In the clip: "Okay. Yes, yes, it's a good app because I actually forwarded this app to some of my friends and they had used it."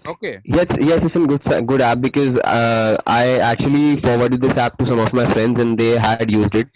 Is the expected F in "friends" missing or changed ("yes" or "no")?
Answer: no